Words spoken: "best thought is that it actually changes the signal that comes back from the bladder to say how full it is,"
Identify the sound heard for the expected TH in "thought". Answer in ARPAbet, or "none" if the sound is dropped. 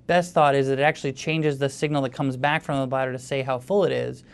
TH